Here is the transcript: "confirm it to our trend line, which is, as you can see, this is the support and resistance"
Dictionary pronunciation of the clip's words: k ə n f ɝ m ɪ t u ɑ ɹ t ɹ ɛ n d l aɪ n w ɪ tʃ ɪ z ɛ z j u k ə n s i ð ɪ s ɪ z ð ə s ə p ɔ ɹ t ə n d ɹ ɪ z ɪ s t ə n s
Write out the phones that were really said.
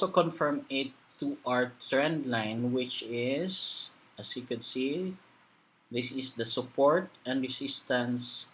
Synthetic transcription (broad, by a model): k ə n f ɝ m ɪ t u ɑ ɹ t ɹ ɛ n d l aɪ n w ɪ tʃ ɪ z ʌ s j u k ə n s i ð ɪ s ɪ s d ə s ə p ɔ ɹ t ə n d ɹ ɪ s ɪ s t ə n s